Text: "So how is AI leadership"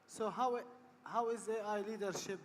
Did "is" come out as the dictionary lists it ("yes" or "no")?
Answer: yes